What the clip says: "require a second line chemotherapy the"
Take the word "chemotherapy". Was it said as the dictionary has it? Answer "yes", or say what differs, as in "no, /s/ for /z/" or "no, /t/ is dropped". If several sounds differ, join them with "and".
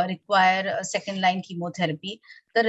no, /t/ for /θ/